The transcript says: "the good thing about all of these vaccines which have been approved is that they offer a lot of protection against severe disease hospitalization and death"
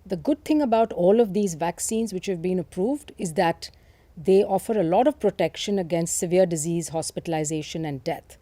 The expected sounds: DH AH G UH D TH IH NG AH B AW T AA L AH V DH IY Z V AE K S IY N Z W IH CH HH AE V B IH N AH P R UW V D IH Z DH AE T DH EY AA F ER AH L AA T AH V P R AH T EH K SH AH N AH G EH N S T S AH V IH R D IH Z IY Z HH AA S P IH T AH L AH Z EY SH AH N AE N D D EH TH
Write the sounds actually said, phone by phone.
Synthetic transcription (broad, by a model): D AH G UH D T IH NG AH B AW T AA L AH V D IY Z V AE K S IY N Z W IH CH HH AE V B IH N AH P R UW V D IH Z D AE T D EY AA F ER AH L AA T AH V P R AH T EH K SH AH N AH G EH N S T S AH V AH R D IH Z IY Z HH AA S P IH T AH L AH Z EY SH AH N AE N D D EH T